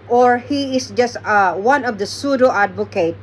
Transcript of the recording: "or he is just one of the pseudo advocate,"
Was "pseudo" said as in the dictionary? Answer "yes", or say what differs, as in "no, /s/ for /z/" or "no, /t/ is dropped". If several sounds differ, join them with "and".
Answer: yes